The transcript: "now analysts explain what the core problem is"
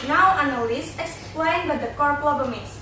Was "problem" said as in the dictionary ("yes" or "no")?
no